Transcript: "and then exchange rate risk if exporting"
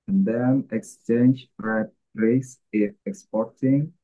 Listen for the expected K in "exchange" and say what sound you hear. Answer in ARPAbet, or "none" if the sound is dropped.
K